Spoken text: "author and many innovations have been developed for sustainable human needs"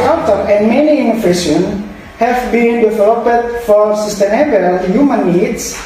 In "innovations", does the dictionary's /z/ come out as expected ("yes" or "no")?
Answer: no